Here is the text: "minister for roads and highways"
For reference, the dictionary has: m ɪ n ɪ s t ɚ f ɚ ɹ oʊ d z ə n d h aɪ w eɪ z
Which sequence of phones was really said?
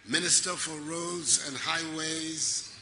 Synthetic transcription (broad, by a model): m ɪ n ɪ s t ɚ f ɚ ɹ oʊ d z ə n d h aɪ w eɪ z